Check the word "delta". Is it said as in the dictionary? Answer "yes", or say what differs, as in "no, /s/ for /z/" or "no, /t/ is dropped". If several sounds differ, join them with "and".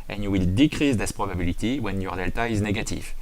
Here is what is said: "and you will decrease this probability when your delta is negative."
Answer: yes